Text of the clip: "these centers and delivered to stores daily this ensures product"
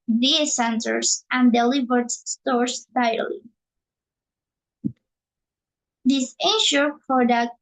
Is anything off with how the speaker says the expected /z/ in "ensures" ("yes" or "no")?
yes